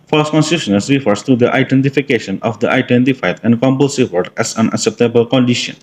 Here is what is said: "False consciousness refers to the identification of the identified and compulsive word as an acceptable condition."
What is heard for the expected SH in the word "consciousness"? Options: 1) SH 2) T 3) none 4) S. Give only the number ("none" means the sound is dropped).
4